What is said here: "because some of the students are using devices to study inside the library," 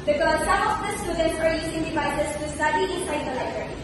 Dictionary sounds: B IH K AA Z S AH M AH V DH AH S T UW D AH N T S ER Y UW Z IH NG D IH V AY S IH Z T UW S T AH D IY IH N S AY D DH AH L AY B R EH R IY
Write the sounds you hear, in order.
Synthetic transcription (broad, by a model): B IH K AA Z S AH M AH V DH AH S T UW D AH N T ER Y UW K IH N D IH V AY IH S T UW S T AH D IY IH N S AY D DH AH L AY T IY